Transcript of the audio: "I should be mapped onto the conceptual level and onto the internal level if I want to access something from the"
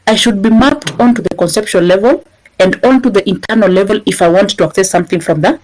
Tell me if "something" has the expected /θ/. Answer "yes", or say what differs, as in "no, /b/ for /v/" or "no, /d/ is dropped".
yes